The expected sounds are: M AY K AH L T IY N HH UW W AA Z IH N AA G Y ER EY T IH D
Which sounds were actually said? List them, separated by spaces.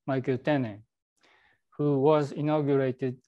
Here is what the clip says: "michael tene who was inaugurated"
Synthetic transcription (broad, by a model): M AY K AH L T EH N HH UW W AA Z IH N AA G Y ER EY T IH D